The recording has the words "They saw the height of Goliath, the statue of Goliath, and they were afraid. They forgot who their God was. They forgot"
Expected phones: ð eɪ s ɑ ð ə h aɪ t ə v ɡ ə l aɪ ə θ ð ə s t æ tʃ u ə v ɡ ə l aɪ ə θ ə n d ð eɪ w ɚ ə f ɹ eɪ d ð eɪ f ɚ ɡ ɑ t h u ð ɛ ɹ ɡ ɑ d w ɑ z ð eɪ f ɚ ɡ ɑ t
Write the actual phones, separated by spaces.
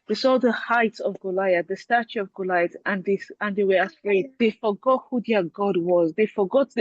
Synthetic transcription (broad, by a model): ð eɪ s ɑ ð ə h aɪ t ə v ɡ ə l aɪ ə ð ə s t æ tʃ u ə v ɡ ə l aɪ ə t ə n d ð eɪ w ɚ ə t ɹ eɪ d ð eɪ f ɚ ɡ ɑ t h u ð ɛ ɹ ɡ ɑ d w ɑ z ð eɪ f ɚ ɡ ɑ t